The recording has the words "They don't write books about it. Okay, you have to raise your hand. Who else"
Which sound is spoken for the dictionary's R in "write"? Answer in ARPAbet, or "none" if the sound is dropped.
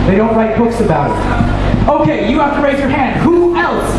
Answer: L